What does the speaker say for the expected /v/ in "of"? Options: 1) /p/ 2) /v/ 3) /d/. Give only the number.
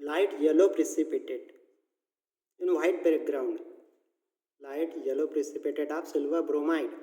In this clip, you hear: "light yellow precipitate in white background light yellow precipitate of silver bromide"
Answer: 1